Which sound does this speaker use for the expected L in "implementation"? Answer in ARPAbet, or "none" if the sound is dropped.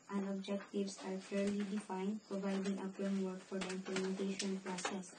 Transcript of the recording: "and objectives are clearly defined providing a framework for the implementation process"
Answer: none